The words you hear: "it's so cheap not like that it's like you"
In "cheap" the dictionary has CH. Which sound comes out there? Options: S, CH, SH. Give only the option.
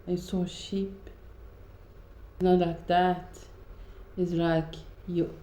SH